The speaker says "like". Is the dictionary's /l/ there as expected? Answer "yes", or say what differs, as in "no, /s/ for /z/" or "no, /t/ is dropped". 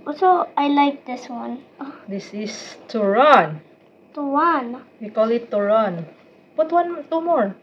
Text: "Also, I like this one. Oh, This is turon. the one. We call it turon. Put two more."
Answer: yes